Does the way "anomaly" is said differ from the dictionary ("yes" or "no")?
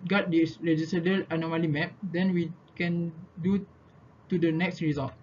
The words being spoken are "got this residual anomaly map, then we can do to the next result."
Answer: no